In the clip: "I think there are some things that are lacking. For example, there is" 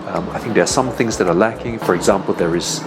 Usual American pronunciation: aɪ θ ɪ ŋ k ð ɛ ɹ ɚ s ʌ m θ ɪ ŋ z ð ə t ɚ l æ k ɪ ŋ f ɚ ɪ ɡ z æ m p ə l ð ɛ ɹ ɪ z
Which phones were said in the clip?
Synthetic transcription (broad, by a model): aɪ θ ɪ ŋ k ð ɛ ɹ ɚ s ʌ m θ ɪ ŋ z ð ə t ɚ l æ k ɪ ŋ f ɚ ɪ ɡ z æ m p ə l ð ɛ ɹ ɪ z